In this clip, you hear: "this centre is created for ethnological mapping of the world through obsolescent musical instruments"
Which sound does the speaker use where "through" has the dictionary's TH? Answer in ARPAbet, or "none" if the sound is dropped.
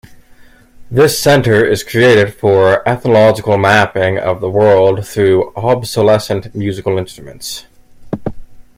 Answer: TH